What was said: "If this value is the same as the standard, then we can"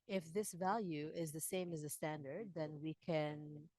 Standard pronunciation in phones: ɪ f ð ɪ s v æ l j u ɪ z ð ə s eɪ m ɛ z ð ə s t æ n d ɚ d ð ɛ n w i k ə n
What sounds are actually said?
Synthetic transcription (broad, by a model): ɪ f ð ɪ s v æ l j u ɪ z ð ə s eɪ m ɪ z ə s t æ n d ɚ d ð ɛ n w i k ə n